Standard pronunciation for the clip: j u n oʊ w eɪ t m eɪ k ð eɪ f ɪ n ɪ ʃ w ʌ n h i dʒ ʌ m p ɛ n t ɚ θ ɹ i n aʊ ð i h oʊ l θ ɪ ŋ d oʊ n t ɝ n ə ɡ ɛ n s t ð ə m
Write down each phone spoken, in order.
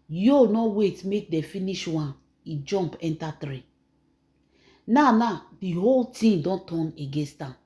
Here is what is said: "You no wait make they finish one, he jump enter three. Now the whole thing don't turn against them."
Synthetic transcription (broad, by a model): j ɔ n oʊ w eɪ t m eɪ k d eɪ f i n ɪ ʃ w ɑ n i dʒ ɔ m p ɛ n t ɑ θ ɹ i n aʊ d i h oʊ l t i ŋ d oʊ n t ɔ n ə ɡ ɛ n s t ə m